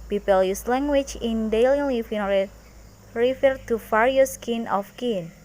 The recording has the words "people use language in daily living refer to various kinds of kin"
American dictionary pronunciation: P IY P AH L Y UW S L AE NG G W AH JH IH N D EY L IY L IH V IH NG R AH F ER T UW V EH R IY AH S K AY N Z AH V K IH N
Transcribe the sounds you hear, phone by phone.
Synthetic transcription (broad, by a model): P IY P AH L Y UW S L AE NG G W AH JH IH N D EY L IY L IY F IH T R AH F ER T UW F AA R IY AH S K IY N AH F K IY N